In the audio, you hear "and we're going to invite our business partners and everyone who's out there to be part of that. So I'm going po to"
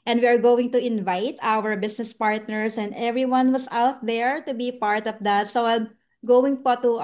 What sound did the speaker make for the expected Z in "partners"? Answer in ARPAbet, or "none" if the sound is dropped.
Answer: S